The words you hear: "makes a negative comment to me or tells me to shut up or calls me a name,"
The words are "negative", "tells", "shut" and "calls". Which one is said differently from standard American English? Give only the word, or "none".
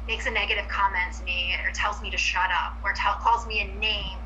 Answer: none